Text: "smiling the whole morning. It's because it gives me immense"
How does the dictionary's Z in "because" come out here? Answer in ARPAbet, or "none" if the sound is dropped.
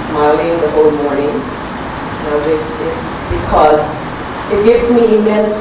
Z